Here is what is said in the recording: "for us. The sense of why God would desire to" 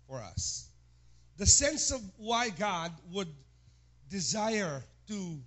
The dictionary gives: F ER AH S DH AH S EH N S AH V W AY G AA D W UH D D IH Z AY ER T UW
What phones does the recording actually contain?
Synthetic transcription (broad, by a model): F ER AH S DH AH S EH N S AH V W AY G AA D W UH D D IH Z AY ER T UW